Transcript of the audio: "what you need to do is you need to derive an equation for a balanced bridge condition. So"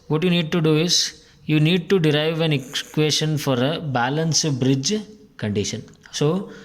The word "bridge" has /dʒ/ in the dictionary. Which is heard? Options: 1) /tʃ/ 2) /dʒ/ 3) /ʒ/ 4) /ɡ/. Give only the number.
2